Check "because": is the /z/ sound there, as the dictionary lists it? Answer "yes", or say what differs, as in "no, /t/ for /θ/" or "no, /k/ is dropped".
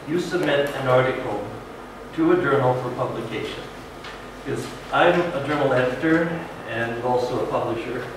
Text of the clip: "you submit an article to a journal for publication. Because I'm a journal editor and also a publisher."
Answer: no, /z/ is dropped